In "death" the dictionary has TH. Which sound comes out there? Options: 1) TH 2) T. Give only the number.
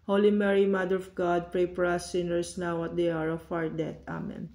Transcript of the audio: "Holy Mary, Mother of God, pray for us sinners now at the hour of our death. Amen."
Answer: 2